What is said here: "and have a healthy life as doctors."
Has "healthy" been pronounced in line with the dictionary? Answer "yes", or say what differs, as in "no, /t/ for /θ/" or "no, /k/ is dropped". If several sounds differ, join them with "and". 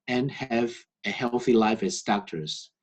yes